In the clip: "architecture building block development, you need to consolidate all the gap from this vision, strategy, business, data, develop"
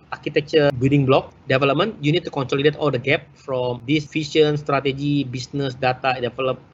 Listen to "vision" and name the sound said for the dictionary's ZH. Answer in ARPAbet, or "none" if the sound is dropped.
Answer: SH